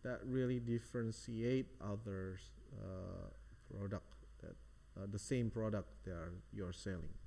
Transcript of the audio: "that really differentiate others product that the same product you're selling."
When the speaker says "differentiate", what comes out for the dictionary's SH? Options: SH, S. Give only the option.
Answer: S